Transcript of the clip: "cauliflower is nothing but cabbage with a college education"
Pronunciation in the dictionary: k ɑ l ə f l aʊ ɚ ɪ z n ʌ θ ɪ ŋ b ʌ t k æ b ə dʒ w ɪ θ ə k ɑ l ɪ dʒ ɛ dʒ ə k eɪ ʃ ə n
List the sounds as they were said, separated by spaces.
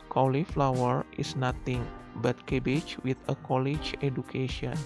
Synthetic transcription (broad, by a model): k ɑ l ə f l aʊ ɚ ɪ s n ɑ t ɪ ŋ b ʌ t k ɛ b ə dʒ w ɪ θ ə k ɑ l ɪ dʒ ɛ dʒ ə k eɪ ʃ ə n